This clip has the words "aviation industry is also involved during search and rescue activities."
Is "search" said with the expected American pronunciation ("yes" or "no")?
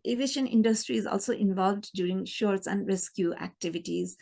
no